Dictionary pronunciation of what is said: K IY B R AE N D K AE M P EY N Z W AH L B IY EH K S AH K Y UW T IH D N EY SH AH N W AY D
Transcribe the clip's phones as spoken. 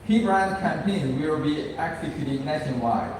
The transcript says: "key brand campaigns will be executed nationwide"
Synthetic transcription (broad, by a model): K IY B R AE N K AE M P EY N W AH L B IY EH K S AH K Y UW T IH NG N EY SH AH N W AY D